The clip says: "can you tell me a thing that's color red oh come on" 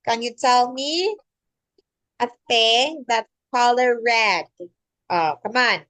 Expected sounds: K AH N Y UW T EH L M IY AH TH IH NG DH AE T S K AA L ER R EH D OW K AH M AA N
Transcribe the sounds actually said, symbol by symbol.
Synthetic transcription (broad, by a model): K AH N Y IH T EH L M IY AH F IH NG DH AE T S K AA L ER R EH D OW K AH M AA N